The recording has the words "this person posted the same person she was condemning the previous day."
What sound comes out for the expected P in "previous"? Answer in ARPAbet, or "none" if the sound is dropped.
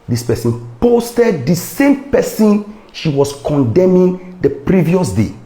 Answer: P